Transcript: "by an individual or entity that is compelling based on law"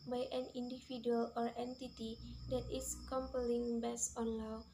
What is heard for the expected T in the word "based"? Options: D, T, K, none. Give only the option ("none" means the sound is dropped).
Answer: none